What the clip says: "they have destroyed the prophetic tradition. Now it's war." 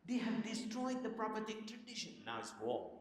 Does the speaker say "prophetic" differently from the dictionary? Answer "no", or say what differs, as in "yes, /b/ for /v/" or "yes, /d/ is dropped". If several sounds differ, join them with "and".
yes, /p/ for /f/